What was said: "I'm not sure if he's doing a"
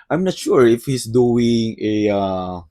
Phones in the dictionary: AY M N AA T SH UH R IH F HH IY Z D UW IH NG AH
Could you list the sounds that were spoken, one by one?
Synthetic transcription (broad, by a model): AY M N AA T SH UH R IH F HH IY S D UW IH NG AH